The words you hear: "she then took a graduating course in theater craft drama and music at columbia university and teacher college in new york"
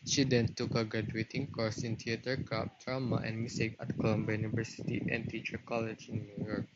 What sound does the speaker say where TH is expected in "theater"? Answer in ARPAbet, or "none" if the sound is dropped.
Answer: T